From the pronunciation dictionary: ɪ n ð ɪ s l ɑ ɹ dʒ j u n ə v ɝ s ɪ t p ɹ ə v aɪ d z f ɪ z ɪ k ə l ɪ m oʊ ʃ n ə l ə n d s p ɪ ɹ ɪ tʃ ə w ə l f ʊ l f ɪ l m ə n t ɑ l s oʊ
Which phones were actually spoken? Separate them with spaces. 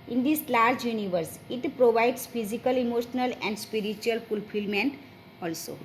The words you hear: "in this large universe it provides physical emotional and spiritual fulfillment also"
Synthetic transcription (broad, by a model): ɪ n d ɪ s l ɑ ɹ dʒ j u n ə v ɝ s ɪ t p ɹ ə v aɪ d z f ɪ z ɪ k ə l ɪ m oʊ ʃ n ə l ə n d s p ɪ ɹ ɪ tʃ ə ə l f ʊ l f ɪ l m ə n t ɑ l s oʊ